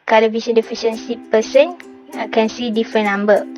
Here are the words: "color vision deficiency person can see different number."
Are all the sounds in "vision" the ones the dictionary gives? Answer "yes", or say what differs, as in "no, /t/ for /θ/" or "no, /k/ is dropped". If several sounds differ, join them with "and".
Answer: no, /s/ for /ʒ/